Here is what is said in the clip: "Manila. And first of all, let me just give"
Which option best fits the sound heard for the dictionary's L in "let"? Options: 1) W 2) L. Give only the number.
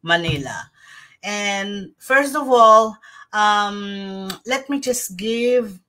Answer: 2